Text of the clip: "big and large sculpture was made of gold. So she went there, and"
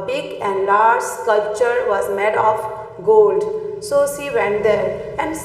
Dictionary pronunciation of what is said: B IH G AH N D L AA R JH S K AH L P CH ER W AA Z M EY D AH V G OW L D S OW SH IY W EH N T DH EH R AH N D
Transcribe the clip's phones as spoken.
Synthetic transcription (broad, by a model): B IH G AH N D L AA R JH K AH L CH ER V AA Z M EY D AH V G OW L D S OW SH IY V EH N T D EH R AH N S